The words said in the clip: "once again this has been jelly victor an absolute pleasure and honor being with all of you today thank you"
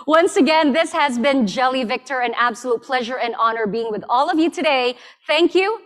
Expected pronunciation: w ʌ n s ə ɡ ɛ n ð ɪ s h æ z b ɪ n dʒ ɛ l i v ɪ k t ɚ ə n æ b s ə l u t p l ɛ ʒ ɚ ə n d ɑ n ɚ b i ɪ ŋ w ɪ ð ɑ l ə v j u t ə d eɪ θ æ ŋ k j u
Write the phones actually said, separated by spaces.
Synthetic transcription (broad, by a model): w ʌ n s ə ɡ ɛ n ð ɪ s h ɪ z b ɪ n dʒ ɛ l i v ɪ k t ɚ ə n æ b s ə l u t p l ɛ ʒ ɚ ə n ɑ n ɚ b i ɪ ŋ w ɪ ð ɑ l ə v j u t ə d eɪ θ æ ŋ k j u